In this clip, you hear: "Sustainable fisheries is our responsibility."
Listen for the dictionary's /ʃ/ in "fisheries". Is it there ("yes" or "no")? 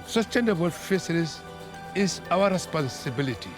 no